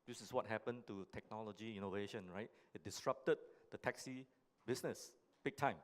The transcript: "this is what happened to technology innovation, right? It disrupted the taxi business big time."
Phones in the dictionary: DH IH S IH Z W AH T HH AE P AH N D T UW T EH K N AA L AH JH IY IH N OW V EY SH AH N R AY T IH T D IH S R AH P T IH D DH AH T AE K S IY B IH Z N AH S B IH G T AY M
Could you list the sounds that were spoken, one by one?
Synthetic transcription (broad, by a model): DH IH S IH S W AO T HH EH P AH N T UW T EH K N AA L AH JH IY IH N OW V EY SH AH N R AY T IH T D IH S R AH P T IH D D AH T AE K S IY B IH S N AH S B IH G T AY M